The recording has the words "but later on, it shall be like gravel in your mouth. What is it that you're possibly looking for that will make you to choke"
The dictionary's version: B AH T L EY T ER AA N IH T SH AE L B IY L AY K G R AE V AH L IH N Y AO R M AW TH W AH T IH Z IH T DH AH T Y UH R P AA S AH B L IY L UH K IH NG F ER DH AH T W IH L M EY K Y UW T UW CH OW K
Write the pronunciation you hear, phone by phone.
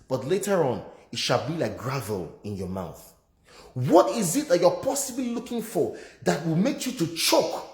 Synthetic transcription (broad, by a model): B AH T L EY T ER AA N IH T SH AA L B IY L AY K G R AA V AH L IH N Y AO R M AW TH W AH T IH Z IH T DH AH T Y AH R P AA S AH B L IY L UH K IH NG F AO DH AH T W IH L M EY K Y UW T UW CH OW K